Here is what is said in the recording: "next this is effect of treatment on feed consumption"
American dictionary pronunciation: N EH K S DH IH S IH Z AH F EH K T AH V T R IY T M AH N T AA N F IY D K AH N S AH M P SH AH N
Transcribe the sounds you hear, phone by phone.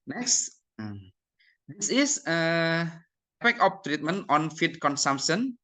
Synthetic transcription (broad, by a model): N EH K S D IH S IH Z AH P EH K AH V T R IY T M AH N T AA N F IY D K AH N S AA M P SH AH N